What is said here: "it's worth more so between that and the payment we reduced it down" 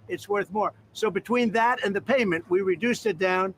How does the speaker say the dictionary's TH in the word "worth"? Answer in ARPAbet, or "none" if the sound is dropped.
TH